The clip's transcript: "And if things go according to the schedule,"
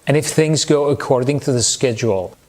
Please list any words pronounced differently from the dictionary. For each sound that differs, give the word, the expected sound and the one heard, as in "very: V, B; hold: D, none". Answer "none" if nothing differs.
none